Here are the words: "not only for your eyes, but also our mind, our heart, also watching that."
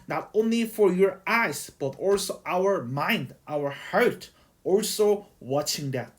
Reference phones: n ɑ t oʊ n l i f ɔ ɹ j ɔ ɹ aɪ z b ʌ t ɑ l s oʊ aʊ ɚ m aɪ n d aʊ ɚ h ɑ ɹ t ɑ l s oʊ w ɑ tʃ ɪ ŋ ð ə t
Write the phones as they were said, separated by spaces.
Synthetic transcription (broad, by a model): n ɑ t oʊ n l i f ɔ ɹ j ɔ ɹ aɪ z b ʌ t ɑ l s oʊ aʊ ɚ m aɪ n d aʊ ɚ h ɑ ɹ t ɑ l s oʊ w ɑ tʃ ɪ ŋ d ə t